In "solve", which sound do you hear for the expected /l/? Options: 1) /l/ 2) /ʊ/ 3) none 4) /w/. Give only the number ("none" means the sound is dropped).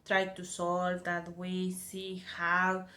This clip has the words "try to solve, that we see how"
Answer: 1